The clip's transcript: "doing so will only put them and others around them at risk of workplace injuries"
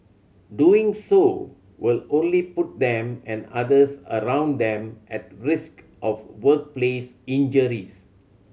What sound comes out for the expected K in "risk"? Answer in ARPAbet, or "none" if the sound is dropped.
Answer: K